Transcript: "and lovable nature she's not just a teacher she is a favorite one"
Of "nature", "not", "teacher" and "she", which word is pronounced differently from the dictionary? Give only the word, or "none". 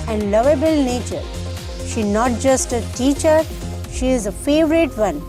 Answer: none